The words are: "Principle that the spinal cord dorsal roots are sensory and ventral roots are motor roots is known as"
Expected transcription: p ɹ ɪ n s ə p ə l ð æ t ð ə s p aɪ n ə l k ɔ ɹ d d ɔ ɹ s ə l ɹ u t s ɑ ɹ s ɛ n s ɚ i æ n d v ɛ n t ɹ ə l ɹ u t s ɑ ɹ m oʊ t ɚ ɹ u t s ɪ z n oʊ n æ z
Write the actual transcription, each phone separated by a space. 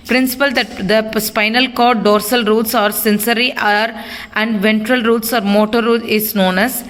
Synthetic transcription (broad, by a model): p ɹ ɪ n s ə p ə l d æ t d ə s p aɪ n ə l k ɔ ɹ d d ɔ ɹ s ə l ɹ u t s ɑ ɹ s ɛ n s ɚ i æ n d v ɛ n t ɹ ə l ɹ u t s ɑ ɹ m oʊ t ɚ ɹ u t ɪ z n oʊ n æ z